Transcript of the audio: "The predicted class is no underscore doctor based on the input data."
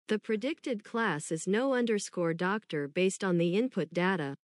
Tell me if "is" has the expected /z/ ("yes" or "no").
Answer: yes